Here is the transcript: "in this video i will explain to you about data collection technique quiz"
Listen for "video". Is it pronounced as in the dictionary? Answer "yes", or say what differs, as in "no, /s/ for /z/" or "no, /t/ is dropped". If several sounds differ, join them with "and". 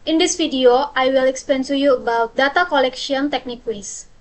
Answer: no, /f/ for /v/